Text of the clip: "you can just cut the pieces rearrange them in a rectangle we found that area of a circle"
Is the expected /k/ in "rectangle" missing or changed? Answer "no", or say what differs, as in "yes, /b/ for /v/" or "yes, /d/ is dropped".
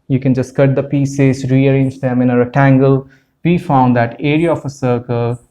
yes, /k/ is dropped